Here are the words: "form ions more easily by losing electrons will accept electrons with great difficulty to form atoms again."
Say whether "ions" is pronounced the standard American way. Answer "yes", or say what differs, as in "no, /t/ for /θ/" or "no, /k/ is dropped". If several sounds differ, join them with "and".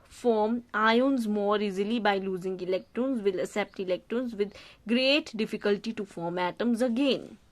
yes